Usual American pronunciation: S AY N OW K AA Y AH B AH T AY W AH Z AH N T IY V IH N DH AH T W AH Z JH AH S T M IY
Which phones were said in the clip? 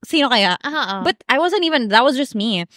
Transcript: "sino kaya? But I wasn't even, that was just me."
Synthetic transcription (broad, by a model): S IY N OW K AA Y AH B AH T AY W AH Z AH N T IY V IH N DH AH T W AH Z JH AH S T M IY